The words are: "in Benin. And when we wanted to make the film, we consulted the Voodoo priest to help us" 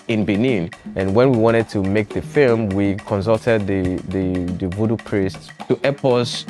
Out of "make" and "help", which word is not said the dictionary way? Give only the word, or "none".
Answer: help